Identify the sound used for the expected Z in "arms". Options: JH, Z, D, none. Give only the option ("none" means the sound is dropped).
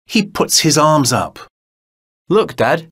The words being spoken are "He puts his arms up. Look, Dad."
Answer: Z